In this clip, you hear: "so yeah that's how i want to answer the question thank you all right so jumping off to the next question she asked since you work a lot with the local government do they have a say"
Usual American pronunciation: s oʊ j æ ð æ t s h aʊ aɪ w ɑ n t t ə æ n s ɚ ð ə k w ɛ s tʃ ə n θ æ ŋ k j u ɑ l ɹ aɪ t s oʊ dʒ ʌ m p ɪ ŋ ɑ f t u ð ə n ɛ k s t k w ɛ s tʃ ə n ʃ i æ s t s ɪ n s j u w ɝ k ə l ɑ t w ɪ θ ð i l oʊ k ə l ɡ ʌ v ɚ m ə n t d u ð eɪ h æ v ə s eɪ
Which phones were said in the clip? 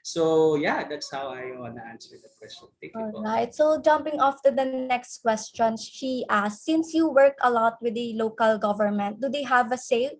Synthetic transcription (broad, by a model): s oʊ j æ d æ t s h aʊ aɪ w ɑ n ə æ n s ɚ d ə k w ɛ s tʃ ə n t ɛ k ɑ l ɹ aɪ t s oʊ dʒ ʌ m p ɪ ŋ ɑ f t u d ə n ɛ k s t k w ɛ s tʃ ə n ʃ i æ s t s ɪ n s j u w ɝ k ə l ɑ t w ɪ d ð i l oʊ k ə l ɡ ʌ v ɚ m ə n t d u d eɪ h æ v ə s eɪ